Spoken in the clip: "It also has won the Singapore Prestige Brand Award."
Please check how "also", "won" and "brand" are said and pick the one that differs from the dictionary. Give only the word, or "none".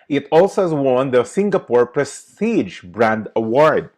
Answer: none